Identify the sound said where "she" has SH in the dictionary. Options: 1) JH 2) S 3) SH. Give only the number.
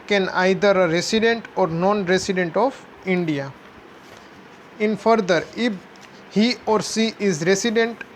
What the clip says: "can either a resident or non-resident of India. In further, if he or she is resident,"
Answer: 2